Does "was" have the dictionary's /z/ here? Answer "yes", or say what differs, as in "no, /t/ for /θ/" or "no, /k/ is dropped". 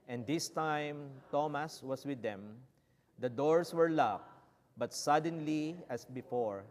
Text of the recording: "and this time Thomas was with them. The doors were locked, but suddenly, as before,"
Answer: no, /s/ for /z/